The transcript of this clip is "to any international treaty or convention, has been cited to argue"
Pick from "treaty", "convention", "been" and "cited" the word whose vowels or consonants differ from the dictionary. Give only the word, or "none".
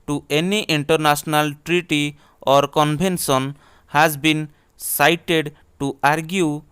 convention